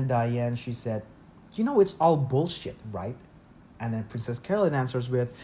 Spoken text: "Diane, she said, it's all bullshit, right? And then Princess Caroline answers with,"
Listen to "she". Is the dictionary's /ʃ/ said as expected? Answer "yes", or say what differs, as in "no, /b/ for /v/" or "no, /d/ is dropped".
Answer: yes